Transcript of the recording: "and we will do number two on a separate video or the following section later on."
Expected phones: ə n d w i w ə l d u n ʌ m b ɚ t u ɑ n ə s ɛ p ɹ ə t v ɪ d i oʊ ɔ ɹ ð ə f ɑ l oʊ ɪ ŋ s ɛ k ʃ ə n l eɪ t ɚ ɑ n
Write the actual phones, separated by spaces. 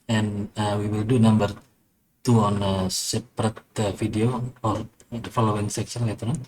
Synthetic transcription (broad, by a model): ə n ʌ w i w ə l d u n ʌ m b ɚ t u ɑ n ə s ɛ p ɹ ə t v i d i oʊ ɔ ɹ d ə f ɑ l oʊ ɪ ŋ s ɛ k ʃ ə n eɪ t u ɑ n